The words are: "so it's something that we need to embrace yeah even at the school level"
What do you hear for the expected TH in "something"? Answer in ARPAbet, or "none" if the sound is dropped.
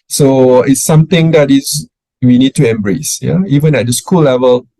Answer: T